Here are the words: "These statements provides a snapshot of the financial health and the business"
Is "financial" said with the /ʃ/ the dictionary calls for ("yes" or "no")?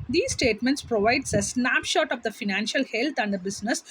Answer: yes